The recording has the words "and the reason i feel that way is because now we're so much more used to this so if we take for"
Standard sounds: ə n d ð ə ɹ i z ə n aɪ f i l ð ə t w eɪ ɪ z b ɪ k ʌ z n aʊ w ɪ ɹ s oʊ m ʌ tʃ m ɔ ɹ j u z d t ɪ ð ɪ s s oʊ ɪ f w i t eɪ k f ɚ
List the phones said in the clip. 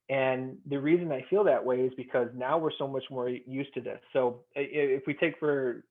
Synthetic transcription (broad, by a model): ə n ð ə ɹ i z ə n aɪ f i l ð ə t w eɪ ɪ z b ɪ k ʌ z n aʊ w ɪ ɹ s oʊ m ʌ tʃ m ɔ ɹ j u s t ɪ ð ɪ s s oʊ ɪ f w i t eɪ k f ɚ